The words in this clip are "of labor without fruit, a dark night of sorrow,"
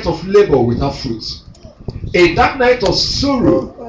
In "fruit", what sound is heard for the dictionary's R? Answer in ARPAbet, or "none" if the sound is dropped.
R